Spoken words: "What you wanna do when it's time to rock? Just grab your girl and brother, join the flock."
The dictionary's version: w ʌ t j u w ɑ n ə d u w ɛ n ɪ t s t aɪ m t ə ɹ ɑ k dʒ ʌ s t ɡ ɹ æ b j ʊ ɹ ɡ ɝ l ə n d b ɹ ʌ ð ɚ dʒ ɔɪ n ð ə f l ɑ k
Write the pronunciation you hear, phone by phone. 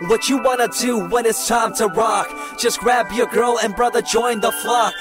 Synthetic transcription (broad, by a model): w ʌ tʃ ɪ w ɑ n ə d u w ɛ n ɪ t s t aɪ m t ə ɹ ɑ k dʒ ʌ s ɡ ɹ æ b j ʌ ɹ ɡ ɝ l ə n b ɹ ʌ ð ɚ dʒ ɔɪ n ð ə f l ɑ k